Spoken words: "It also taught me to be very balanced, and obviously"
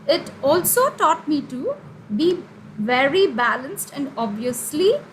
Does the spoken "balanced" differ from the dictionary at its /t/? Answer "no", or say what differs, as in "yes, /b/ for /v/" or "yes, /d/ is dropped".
no